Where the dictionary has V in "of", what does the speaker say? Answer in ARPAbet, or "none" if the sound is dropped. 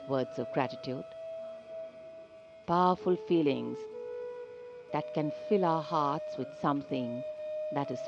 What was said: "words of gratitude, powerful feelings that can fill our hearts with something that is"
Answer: V